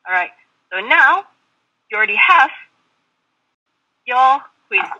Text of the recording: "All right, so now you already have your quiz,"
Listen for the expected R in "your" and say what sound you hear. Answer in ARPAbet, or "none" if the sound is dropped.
L